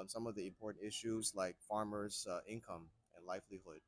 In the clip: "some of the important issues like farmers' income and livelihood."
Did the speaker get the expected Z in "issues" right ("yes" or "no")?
yes